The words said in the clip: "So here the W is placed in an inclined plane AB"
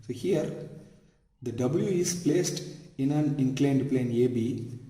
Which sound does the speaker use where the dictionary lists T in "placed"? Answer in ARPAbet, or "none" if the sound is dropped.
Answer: T